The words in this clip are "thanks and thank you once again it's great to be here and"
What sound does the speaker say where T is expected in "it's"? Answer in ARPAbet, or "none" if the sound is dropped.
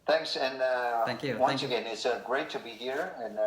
T